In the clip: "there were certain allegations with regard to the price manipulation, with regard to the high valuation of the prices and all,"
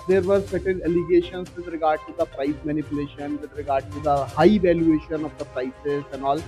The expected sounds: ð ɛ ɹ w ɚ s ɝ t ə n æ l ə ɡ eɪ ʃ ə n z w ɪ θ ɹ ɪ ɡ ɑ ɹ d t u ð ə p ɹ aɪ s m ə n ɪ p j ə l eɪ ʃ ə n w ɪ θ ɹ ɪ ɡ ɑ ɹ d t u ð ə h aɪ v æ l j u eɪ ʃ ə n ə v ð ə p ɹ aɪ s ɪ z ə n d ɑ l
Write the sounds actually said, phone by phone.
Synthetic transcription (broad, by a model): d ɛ ɹ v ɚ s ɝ t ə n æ l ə ɡ eɪ ʃ ə n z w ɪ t ɹ ɪ ɡ ɑ ɹ d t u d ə p ɹ aɪ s m ə n ɪ p j ə l eɪ ʃ ə n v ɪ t ɹ ɪ ɡ ɑ ɹ d t u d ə h aɪ v æ l j u eɪ ʃ ə n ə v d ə p ɹ aɪ s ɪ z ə n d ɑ l